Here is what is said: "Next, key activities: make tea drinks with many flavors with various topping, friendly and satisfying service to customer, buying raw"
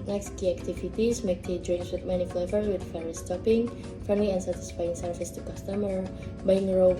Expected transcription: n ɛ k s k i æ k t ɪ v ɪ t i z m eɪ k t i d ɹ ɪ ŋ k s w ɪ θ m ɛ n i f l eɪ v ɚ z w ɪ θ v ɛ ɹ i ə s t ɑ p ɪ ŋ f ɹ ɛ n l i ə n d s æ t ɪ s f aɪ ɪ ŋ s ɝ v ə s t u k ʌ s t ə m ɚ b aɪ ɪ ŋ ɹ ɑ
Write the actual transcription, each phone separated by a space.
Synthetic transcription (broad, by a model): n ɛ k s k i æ k t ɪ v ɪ t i s m eɪ k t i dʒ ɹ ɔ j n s w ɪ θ m ɛ n i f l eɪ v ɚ s w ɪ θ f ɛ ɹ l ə s t ɑ p ɪ ŋ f ɛ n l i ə n s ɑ t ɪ s f aɪ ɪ ŋ s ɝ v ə s t u k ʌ s t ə m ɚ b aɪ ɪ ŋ ɹ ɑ